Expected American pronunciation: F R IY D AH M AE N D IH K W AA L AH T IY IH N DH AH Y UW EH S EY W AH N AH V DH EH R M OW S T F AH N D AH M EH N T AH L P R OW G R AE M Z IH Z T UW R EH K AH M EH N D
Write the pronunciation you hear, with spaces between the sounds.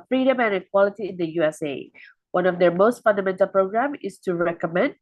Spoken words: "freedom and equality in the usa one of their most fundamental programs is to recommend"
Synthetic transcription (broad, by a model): F R IY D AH M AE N IH K W AA L AH T IY IH N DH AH Y UW EH S EY W AH N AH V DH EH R M OW S T F AH N D AH M EH N T AH L P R OW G R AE M IH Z T UW R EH K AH M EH N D